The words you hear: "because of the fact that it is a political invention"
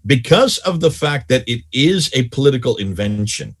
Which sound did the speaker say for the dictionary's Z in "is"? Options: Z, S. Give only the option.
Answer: Z